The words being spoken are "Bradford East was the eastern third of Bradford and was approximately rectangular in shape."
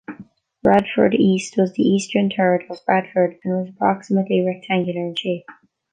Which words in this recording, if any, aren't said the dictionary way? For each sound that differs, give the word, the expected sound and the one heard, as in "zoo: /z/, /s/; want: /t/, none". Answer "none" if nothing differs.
third: /θ/, /t/